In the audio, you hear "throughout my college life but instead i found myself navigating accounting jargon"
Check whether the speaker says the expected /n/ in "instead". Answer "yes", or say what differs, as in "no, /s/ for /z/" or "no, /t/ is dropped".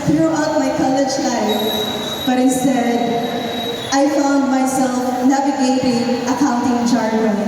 no, /n/ is dropped